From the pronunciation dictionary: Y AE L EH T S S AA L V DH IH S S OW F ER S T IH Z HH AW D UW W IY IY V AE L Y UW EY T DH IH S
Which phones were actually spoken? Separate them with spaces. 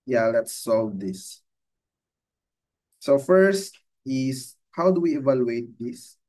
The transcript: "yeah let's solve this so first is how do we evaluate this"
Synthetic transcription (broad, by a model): Y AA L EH T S S AA L V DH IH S S OW F ER S T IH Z HH AW D UW W IY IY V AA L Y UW EY T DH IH S